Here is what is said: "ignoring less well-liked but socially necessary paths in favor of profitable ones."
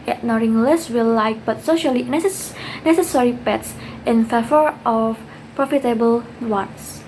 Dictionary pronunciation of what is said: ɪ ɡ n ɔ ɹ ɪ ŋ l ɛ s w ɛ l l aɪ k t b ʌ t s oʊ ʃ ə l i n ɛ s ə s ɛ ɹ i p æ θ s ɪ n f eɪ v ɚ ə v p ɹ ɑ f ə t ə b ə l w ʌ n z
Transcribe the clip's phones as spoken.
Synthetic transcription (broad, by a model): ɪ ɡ n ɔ ɹ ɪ ŋ l ɛ s w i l l aɪ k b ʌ t s oʊ ʃ ə l i n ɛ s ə s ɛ ɹ i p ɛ t s ɪ n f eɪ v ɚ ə f p ɹ ɑ f ə t ə b ə l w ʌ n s